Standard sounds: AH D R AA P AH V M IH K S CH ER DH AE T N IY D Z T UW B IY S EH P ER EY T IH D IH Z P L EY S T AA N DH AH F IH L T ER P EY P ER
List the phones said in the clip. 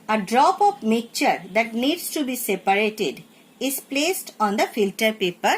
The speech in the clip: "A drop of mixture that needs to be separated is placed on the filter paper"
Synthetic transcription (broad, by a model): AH D R AA P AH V M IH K CH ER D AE T N IY D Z T UW B IY S EH P ER EY T IH D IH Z P L EY S T AA N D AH F IH L T ER P EY P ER